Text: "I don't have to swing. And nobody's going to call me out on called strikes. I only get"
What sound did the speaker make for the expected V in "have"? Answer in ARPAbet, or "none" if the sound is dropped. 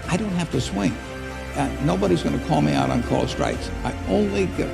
F